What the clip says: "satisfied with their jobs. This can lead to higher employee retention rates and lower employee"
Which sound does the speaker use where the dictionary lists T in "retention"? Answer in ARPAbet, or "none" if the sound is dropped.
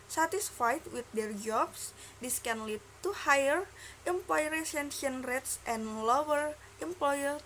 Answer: S